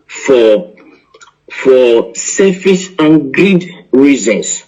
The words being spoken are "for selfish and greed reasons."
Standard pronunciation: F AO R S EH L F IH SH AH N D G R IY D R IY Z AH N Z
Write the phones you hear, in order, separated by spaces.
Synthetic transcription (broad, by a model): F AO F S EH F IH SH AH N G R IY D R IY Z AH N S